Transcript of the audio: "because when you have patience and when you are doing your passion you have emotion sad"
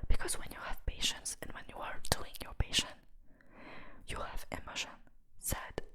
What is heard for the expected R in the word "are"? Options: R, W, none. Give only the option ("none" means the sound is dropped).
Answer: R